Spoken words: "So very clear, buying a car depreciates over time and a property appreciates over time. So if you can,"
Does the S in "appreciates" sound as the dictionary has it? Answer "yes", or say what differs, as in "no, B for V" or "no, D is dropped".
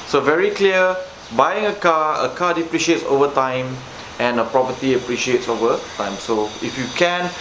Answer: yes